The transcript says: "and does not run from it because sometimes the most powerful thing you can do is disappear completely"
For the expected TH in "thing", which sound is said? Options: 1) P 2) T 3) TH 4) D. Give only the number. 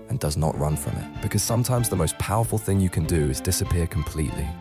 3